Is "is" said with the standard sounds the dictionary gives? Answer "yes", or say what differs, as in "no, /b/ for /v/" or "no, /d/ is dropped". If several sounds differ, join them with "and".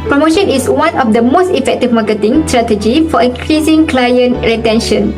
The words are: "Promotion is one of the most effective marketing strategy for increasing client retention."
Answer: no, /s/ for /z/